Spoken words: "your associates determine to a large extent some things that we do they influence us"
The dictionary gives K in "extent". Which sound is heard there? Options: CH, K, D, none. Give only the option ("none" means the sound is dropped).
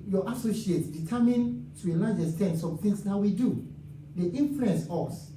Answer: none